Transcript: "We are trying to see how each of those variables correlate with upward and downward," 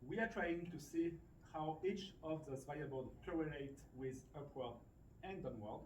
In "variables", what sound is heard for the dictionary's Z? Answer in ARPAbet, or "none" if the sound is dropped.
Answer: none